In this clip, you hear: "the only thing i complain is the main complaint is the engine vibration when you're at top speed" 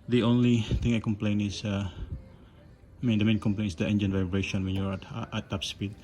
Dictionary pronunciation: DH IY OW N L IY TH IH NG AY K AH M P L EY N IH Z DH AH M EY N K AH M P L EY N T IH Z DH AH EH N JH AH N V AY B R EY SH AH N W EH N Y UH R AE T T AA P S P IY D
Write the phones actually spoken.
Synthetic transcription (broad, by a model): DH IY OW N L IY T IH NG AY K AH M P L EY N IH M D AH M EY N K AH M P L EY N IH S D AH EH N JH AH N V AY B R EY SH AH N W EH N Y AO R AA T T AA P S P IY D